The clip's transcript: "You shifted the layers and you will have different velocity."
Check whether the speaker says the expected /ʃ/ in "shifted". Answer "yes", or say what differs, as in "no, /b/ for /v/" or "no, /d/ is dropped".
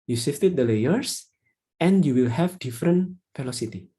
no, /s/ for /ʃ/